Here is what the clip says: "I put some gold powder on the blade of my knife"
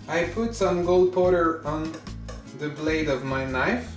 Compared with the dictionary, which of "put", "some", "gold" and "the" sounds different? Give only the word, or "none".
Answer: none